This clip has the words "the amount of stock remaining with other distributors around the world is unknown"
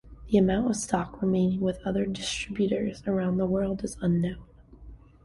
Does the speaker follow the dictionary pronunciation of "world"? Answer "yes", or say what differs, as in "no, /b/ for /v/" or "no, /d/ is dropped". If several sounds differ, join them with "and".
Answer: yes